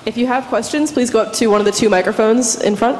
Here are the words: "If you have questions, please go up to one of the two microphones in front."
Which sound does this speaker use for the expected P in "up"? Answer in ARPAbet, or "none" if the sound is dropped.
P